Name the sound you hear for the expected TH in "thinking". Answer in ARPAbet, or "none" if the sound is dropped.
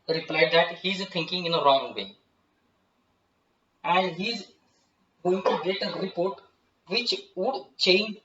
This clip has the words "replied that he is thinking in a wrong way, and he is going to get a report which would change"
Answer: T